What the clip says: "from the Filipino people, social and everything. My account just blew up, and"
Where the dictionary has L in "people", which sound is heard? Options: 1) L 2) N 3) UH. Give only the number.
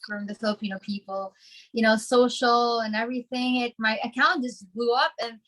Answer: 2